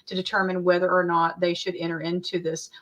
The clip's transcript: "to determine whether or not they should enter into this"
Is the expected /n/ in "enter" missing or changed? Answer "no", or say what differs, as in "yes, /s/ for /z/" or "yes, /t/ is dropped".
yes, /n/ is dropped